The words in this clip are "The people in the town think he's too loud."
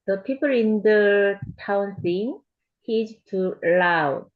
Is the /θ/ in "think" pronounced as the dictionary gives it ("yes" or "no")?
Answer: no